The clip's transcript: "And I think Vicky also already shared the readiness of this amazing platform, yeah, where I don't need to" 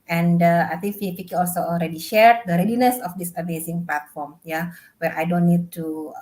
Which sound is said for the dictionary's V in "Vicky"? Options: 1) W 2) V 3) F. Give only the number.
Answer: 1